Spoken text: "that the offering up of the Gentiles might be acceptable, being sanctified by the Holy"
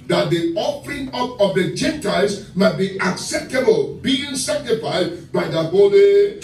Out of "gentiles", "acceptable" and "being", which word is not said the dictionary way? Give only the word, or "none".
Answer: gentiles